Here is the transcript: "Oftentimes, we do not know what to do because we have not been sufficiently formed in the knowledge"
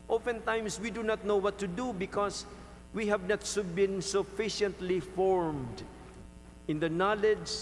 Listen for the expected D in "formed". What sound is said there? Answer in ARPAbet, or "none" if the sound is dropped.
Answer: D